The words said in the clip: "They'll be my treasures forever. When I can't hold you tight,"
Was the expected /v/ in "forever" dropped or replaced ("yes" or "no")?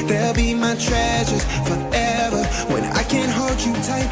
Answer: no